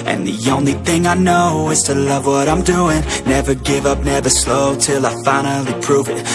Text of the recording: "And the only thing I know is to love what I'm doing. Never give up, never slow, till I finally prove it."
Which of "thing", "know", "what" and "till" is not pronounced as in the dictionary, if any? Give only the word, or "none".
none